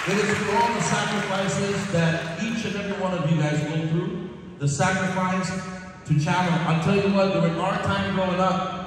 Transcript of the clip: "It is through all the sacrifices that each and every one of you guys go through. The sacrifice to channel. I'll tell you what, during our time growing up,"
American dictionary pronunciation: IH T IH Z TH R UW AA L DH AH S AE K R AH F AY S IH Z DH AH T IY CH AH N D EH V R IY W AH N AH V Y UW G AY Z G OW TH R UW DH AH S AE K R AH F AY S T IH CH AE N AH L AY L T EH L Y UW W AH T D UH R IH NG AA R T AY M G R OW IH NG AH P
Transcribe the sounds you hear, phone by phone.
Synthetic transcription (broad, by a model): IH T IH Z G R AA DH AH S AE K R AH F AY S IH Z DH AH T IY CH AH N EH V R IY W AH N AH V Y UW G AY Z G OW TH R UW DH AH S AE K R AH F AY S T IH CH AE L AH N AY L T EH L Y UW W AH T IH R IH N AA R T AY M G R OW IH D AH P